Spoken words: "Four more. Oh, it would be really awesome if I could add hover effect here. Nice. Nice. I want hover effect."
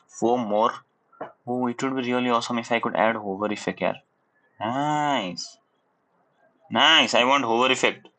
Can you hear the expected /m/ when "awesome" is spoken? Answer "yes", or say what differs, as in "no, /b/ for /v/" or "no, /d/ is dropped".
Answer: yes